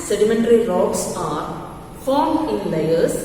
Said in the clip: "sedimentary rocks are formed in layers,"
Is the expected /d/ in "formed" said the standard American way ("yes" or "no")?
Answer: no